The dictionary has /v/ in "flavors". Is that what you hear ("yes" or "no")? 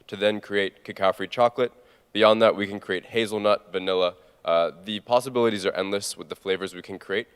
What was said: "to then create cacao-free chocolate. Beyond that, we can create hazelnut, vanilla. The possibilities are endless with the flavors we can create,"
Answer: yes